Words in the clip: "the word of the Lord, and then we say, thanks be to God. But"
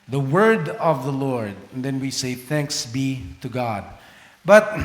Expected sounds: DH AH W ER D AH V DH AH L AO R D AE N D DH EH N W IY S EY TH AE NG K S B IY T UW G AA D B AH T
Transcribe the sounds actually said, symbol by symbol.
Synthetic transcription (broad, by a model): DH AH W ER D AH V DH AH L AO R D N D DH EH N W IY S EY TH AE NG K S B IY T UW G AA D B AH T